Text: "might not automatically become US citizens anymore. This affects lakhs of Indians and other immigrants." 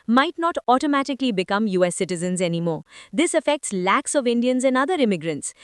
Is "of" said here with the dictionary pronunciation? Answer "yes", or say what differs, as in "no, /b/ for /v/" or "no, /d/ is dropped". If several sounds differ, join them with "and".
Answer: yes